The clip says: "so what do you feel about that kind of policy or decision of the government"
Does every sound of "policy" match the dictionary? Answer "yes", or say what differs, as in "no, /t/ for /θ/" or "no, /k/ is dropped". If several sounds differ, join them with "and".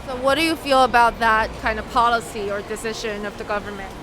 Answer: yes